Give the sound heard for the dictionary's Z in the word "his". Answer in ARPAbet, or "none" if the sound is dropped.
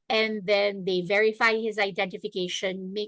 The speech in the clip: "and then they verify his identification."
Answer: Z